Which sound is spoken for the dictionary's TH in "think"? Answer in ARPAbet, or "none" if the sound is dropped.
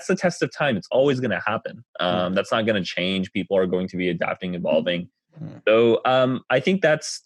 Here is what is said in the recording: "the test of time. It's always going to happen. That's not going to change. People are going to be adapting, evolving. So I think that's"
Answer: TH